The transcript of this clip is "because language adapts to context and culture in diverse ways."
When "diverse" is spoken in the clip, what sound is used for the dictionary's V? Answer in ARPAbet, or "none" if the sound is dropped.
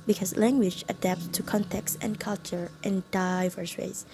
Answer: V